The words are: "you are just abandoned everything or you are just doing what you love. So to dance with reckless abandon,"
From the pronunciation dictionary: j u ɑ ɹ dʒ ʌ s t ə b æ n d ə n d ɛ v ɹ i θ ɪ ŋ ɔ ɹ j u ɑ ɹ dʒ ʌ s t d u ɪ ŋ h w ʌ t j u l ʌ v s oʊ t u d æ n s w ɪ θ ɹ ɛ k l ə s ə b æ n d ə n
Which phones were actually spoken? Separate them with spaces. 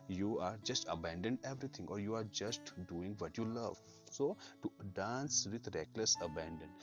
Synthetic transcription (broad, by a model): j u ɑ ɹ dʒ ʌ s t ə b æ n d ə n d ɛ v ɹ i t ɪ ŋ ɔ ɹ j u ɑ ɹ dʒ ʌ s t d u ɪ ŋ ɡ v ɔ t j u l ʌ v s oʊ t u d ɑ n s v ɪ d ɹ ɛ k l ə s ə b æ n d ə n